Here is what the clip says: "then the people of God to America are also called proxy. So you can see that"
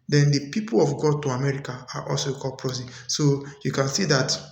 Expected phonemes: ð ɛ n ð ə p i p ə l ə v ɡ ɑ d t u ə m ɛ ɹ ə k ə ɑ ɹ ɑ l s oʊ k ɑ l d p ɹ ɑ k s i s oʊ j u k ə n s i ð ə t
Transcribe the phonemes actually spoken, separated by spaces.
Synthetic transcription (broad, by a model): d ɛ n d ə p i p ə l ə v ɡ ɑ d t u ə m ɛ ɹ ə k ə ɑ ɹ ɑ l s oʊ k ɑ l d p ɹ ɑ s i s oʊ j u k ə n s i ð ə t